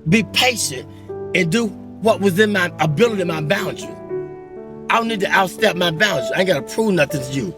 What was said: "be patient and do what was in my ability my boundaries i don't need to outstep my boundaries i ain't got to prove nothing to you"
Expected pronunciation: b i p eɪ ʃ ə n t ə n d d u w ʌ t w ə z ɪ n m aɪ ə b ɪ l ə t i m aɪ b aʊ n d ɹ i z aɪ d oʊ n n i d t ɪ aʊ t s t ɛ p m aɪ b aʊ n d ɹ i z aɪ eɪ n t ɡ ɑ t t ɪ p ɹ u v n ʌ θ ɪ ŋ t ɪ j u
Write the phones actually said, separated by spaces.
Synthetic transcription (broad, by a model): b i p eɪ ʃ ə n t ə n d d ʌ w ʌ t w ə z ɪ n m aɪ ə b ɪ l ə t i m aɪ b aʊ n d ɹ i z aɪ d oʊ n n i d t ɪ aʊ t s t ɛ p m aɪ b aʊ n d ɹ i aɪ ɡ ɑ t t ɪ p ɹ u v n ʌ θ ɪ ŋ t ɪ j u